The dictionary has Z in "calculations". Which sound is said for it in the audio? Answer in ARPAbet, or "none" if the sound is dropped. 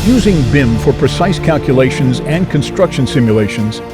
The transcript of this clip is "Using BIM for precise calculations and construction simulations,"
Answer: Z